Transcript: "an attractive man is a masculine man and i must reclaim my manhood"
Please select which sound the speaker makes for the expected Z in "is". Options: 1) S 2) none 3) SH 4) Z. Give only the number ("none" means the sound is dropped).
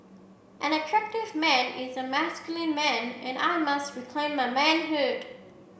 4